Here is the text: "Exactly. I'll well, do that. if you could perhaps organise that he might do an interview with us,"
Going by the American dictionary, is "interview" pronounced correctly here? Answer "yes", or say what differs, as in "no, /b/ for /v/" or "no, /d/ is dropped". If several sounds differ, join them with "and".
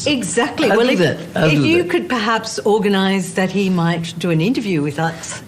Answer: yes